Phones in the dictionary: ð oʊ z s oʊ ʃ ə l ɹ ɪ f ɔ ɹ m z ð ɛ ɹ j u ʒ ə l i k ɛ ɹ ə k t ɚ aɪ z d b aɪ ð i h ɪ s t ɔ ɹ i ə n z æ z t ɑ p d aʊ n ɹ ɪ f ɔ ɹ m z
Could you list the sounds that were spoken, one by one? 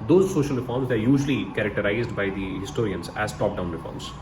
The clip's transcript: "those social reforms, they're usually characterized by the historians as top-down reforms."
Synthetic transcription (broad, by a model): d oʊ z s oʊ ʃ ə l ɹ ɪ f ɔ ɹ m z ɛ ɹ j u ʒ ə l i k ɛ ɹ ə k t ɚ aɪ z d b aɪ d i h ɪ s t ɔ ɹ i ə n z æ z t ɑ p d aʊ n ɹ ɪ f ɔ ɹ m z